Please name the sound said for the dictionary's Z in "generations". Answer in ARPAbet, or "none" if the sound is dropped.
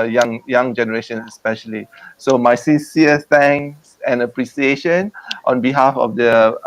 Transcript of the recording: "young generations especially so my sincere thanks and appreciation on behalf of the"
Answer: none